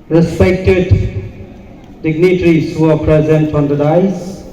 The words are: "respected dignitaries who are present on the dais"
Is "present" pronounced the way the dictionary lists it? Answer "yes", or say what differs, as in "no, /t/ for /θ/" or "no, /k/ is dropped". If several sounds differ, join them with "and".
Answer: yes